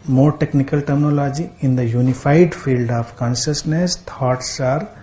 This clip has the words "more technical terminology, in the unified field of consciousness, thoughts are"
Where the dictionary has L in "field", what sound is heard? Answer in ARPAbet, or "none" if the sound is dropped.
L